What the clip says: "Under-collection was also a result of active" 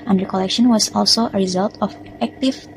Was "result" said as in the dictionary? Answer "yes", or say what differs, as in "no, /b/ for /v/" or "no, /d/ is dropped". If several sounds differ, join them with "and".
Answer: yes